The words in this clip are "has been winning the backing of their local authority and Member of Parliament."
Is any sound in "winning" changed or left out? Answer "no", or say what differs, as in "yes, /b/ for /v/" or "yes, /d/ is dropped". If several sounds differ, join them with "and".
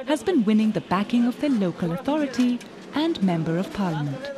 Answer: no